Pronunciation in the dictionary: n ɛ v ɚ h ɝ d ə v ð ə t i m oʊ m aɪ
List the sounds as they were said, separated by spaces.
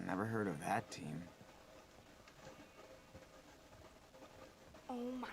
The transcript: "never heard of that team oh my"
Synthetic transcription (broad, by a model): n ɛ v ɚ h ɝ d ə v ð ə t i m oʊ m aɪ